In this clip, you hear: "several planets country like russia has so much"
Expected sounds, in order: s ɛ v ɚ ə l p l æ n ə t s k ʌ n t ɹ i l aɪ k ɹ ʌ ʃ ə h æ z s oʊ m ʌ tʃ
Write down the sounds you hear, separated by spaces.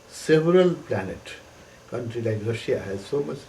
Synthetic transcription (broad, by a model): s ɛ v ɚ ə l p l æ n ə t k ʌ n t ɹ i l aɪ k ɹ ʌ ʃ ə h æ z s oʊ m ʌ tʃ